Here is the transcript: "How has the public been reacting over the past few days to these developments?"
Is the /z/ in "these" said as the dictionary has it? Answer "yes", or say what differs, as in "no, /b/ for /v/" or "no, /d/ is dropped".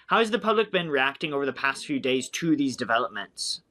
yes